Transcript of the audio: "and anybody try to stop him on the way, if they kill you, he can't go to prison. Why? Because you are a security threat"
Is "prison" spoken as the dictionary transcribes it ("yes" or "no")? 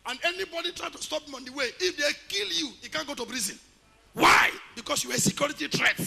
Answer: no